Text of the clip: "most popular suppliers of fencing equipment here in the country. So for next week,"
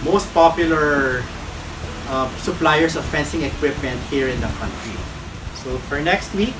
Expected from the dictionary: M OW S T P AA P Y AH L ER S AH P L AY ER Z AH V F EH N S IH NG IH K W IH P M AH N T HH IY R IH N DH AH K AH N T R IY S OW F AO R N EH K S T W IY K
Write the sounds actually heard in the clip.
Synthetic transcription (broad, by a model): M OW S T P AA P Y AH L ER S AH P L AY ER S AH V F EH N S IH NG IH K W IH P M AH N T HH IY R IH N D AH K AH N T R IY S OW F AO R N EH K S T W IY K